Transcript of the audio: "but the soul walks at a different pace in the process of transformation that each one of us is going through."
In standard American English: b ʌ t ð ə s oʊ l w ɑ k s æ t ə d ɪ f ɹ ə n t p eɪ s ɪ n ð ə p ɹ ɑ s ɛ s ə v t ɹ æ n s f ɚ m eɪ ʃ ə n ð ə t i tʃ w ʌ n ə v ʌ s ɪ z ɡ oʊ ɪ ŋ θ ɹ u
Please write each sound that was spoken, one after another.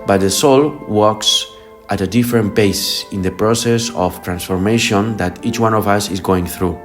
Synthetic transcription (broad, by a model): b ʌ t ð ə s oʊ l w ɑ k s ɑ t ə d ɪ f ɹ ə n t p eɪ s ɪ n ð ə p ɹ ɑ s ɛ s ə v t ɹ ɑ n s f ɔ m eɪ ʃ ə n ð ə t i tʃ w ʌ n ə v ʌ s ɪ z ɡ oʊ ɪ ŋ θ ɹ u